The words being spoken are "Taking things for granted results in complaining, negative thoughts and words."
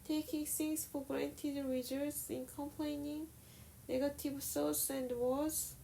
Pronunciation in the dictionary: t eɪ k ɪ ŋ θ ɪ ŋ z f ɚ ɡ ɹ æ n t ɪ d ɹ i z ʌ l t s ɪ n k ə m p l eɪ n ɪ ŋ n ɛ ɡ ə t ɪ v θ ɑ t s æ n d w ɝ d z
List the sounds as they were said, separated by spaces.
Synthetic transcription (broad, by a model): t eɪ k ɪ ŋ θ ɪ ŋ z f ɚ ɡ ɹ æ n t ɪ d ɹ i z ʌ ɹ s ɪ n k ə m p l eɪ n ɪ ŋ n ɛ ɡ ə t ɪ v s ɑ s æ n d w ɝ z